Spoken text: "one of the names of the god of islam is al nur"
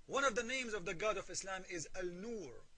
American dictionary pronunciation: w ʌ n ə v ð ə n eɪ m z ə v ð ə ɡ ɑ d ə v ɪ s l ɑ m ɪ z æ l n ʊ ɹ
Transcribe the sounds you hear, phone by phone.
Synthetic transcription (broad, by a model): w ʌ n ə v ð ə n eɪ m z ə v ð ə ɡ ɑ d ə v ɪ s l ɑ m ɪ z æ l n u ɹ